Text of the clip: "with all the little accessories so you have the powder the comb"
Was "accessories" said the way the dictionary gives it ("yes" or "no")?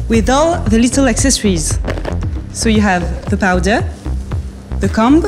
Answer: yes